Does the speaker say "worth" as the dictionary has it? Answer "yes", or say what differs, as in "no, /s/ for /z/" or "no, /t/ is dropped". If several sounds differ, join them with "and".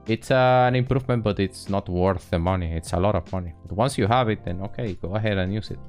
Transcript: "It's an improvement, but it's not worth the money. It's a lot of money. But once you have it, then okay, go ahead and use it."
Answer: yes